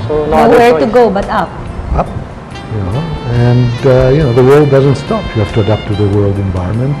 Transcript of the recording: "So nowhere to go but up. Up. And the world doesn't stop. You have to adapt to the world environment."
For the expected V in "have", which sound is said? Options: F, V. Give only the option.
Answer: F